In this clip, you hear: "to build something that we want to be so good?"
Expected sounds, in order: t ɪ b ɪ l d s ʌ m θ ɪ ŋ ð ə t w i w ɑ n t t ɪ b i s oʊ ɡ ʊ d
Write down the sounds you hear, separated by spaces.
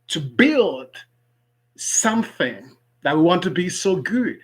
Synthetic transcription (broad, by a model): t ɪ b ɪ l d s ʌ m θ ɪ ŋ ð ə t w i w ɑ n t t ɪ b i s oʊ ɡ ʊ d